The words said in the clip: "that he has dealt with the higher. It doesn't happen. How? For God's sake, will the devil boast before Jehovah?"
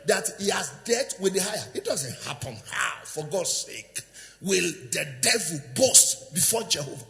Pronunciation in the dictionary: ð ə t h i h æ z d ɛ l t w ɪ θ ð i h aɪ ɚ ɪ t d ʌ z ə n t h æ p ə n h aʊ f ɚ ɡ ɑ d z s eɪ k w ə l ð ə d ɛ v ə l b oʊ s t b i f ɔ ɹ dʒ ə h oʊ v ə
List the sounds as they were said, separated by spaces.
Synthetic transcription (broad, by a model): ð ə t h i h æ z d ɛ t w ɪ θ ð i h aɪ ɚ ɪ t d ʌ z ə n t h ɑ p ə n h aʊ f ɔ ɡ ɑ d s s eɪ k w ə l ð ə d ɛ v ə l b oʊ s t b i f ɔ dʒ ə h oʊ v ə